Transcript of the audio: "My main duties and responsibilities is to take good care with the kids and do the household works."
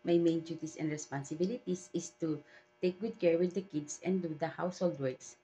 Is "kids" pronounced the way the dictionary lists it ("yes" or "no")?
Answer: no